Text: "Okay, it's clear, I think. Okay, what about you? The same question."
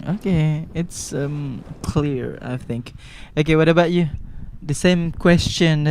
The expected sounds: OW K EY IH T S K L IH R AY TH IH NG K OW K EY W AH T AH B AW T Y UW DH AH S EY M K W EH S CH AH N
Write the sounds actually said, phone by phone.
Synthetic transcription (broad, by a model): OW K EY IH T S K L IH R AY TH IH NG K OW K EY W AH T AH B AW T Y UW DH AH S EY M K W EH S CH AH N